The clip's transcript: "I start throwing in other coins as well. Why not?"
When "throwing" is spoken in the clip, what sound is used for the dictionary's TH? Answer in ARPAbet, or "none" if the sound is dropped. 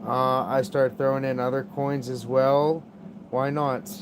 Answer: TH